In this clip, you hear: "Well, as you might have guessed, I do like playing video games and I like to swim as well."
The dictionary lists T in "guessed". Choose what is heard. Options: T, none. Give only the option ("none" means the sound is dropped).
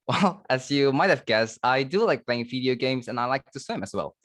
T